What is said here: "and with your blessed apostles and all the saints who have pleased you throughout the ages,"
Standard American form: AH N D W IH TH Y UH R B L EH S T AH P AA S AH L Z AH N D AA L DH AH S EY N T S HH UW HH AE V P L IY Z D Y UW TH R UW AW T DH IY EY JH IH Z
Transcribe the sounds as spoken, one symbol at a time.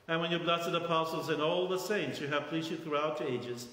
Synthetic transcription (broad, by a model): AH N W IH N Y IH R B L EH S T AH P AA S L Z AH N AA L DH AH S EY N T S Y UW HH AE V P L IY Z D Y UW TH R UW AW T DH IY EY JH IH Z